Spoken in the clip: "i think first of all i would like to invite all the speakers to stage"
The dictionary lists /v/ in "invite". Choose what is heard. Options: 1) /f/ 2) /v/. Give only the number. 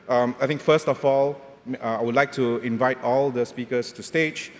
2